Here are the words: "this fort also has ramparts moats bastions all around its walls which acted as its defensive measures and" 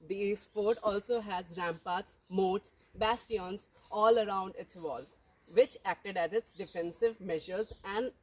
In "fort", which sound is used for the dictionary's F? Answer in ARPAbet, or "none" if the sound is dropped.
P